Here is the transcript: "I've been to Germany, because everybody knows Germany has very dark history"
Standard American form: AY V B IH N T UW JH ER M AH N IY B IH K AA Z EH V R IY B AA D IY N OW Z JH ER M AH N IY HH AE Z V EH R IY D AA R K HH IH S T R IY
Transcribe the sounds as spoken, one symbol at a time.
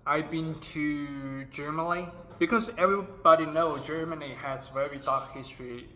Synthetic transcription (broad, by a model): AY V B IH N T UW JH ER M AH N IY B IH K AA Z EH V R IY B AA D IY N OW JH ER M AH N IY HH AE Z V EH R IY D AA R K HH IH S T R IY